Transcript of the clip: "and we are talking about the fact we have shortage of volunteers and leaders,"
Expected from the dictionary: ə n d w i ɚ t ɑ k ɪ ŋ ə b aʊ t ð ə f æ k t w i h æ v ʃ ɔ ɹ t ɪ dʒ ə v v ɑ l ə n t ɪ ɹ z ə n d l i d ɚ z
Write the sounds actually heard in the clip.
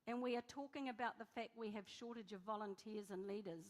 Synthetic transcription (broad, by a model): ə n w i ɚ t ɑ k ɪ ŋ ə b aʊ t ð ə f æ k t w i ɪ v ʃ ɔ ɹ t ɪ dʒ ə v v ɑ l ə n t ɪ ɹ z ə n l i d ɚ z